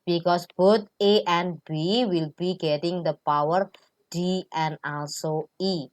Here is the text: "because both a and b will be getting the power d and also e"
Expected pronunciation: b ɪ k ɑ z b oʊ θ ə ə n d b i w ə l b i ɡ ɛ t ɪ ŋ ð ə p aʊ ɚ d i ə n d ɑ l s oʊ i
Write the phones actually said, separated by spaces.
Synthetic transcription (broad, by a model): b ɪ k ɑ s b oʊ t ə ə n b i w ə l b i ɡ ɛ t ɪ ŋ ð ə p aʊ ɚ d i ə n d ɑ l s oʊ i